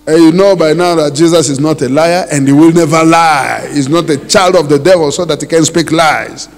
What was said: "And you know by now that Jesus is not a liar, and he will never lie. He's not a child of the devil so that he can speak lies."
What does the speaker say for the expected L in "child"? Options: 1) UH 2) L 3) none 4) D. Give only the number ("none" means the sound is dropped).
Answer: 2